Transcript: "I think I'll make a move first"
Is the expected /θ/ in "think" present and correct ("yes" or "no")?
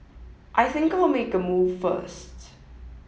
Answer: yes